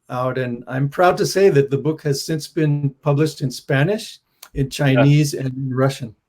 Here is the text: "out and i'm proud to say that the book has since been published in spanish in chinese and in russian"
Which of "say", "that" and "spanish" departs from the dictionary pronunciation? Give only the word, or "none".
none